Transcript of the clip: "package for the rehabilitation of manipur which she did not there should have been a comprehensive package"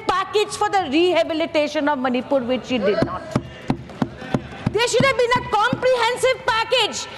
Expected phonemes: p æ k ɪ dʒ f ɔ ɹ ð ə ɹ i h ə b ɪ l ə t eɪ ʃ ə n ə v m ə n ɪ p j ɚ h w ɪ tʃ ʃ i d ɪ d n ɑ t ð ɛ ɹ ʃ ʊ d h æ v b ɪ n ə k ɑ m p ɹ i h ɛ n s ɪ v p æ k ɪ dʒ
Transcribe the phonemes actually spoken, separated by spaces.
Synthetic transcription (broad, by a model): p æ k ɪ dʒ f ɔ ɹ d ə ɹ i h ə b ɪ l ə t eɪ ʃ ə n ə v m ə n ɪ p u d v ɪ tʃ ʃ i d ɪ d n ɑ t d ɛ ɹ ʃ ʊ d h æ v b ɪ n ə k ɑ m p ɹ i h ɛ n s ɪ v p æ k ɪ dʒ